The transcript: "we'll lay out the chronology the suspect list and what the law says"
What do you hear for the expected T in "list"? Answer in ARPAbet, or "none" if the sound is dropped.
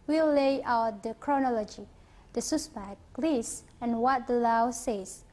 none